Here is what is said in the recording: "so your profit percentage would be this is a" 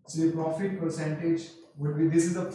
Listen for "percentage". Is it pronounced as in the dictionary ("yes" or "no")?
yes